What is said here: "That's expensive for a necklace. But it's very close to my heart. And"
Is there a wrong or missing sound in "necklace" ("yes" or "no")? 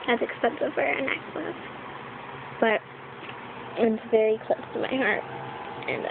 yes